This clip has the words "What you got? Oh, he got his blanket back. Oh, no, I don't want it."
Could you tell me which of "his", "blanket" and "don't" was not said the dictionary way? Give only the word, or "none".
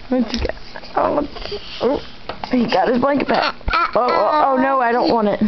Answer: none